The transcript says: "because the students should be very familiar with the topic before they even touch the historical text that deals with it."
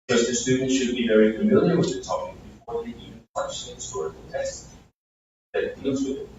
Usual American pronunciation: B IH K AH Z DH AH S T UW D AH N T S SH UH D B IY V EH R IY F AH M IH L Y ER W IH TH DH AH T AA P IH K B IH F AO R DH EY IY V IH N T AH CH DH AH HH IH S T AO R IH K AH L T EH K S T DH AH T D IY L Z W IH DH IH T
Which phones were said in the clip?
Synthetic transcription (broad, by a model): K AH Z DH AH S T UW D N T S SH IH D B IY V EH R IY F AH M IH L Y ER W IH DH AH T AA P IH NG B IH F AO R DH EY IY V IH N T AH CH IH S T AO R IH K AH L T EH S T DH AH T D IY L Z W IH DH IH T